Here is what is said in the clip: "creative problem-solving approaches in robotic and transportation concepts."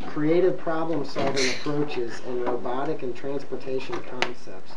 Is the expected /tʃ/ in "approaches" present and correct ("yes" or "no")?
yes